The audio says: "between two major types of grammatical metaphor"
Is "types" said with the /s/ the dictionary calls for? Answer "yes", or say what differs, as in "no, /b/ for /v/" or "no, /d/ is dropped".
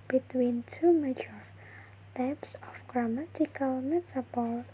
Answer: yes